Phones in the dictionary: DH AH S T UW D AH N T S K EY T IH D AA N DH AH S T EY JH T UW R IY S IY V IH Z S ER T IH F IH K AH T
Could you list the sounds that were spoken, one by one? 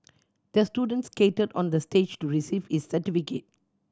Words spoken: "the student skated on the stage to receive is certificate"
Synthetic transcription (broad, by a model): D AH S T UW D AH N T S K EY T IH D AA N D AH S T EY JH T UW R IY S IY V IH S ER T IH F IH K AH T